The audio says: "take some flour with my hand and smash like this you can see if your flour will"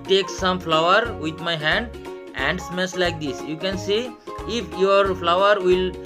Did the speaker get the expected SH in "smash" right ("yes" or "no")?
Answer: no